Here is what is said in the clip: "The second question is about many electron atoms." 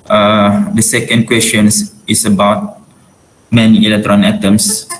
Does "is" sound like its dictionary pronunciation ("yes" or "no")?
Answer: no